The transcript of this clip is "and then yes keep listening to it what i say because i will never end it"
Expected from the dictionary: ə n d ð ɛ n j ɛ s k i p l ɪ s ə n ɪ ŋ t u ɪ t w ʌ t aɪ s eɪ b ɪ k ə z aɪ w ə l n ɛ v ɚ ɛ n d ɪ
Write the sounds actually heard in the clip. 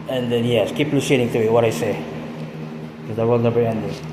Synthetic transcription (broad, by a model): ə n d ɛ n j ɛ s k i p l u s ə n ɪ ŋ t u ɪ t w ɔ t aɪ s eɪ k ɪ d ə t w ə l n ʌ b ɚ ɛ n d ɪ